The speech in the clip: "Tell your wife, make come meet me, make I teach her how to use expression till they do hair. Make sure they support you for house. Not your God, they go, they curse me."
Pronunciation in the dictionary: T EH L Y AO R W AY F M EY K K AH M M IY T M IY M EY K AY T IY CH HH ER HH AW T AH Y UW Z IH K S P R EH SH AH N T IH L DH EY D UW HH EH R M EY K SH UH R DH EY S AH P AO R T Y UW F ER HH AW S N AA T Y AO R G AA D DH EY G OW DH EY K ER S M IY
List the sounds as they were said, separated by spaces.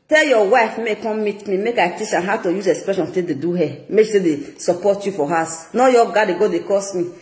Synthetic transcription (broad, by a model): T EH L Y AO W AY F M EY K K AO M M IY T M IY M EY K AY T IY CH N HH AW T AH Y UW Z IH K S P R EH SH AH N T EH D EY D UW HH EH M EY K S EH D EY S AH P AO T Y UW F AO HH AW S N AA Y AO G AA D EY G OW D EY K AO S M IY